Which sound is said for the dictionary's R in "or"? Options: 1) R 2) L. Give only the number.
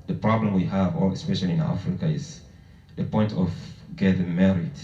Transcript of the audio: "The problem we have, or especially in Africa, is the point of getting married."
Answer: 2